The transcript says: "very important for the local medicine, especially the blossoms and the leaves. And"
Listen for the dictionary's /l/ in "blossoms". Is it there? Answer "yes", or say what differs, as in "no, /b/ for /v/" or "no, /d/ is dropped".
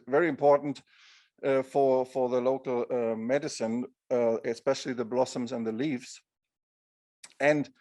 yes